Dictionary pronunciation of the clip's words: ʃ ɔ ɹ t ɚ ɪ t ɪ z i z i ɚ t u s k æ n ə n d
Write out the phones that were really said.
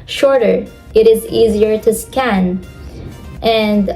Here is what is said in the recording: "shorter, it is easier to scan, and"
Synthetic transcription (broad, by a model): ʃ ɔ ɹ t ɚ ɪ t ɪ z i z i ɚ t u s k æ n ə n d